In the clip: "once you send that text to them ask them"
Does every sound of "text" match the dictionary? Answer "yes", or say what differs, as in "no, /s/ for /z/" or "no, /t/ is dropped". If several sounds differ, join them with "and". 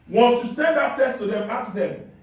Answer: no, /k/ is dropped